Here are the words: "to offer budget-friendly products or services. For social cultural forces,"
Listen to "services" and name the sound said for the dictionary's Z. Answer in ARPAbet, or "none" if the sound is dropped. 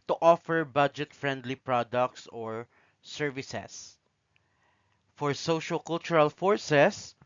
S